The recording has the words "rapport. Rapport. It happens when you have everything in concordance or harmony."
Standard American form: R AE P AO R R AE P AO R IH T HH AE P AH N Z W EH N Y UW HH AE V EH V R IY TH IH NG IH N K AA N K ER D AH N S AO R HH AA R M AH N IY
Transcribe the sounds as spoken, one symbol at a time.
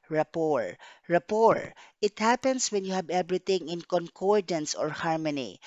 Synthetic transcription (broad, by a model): R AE P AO R R AE P AO R IH T HH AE P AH N S W EH N Y UW HH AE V EH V R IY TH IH NG IH N K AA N K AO D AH N S AO R HH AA R M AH N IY